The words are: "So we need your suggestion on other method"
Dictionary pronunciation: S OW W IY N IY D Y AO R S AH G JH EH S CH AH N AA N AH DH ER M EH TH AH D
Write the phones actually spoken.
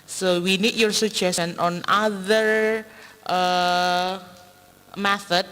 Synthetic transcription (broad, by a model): S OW W IY N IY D Y AO R S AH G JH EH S AH N AA N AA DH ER M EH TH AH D